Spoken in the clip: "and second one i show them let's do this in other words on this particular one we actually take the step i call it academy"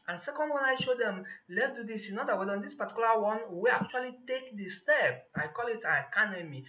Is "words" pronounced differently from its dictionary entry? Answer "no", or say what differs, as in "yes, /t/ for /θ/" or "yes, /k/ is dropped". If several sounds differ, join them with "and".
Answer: yes, /z/ is dropped